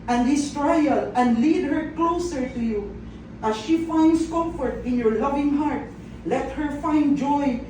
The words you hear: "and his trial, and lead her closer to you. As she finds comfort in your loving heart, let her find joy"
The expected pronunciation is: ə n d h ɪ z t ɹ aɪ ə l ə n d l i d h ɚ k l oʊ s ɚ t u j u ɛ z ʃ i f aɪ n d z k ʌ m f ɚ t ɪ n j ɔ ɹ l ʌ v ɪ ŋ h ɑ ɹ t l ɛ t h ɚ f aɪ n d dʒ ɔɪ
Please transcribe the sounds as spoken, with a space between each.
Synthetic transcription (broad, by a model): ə n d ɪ s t ɹ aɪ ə l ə n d l i d h ɚ k l oʊ s ɚ t u j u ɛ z ʃ i f aɪ n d s k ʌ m f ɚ t ɪ n j ɔ ɹ l ʌ v ɪ ŋ h ɑ ɹ t l ɛ t h ɚ f aɪ n d dʒ ɔɪ